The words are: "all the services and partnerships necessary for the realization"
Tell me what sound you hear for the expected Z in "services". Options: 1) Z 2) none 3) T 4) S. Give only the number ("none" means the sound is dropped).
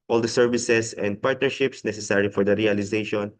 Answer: 4